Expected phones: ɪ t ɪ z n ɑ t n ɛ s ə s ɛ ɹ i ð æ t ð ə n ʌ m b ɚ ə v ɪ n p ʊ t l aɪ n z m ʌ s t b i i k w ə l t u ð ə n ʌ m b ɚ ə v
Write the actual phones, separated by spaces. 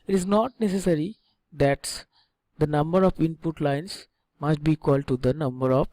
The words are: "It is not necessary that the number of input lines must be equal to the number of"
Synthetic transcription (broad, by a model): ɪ t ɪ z n ɑ t n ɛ s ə s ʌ ɹ i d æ t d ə n ʌ m b ɚ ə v ɪ n p ʊ t l aɪ n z m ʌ s t b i i k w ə l t u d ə n ʌ m b ɚ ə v